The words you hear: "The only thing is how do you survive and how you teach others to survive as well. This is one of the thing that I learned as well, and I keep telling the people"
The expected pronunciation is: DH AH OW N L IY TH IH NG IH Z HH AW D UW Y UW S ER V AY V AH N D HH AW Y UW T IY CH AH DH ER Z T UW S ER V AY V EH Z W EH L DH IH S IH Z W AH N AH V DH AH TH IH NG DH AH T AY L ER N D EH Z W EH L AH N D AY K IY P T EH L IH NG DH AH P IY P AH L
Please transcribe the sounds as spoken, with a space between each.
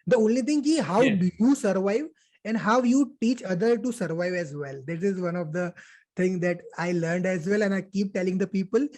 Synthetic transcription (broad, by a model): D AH OW N L IY T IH NG IH Z HH AW D UW Y UW S ER V AY V AH N D HH AW Y UW T IY CH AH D ER T UW S ER V AY V EH Z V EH L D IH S IH Z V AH N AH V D AH T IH NG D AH T AY L ER N D EH Z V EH L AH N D AY K IY P T EH L IH NG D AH P IY P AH L